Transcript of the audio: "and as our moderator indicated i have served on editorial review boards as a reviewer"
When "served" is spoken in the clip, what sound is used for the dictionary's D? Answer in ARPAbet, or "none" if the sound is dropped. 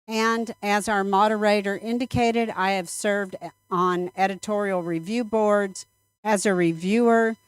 D